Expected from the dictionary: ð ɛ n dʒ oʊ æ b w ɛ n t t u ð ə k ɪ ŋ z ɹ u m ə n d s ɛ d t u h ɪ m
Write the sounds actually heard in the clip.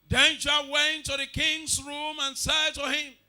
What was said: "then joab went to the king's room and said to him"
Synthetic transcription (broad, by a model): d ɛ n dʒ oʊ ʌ w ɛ n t t u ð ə k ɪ ŋ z ɹ u m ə n s ɛ d t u h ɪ m